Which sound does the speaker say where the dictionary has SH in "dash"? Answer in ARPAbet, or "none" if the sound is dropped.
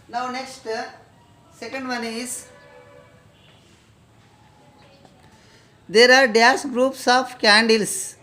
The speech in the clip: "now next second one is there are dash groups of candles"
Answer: S